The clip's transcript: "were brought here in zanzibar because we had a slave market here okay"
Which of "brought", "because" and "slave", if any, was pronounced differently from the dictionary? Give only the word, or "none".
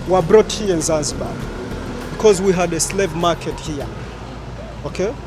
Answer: none